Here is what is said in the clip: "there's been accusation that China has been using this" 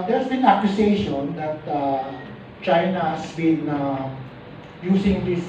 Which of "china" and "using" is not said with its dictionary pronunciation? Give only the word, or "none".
using